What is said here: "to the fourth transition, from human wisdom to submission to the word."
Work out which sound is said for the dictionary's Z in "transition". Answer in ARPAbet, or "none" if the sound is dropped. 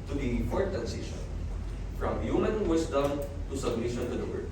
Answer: S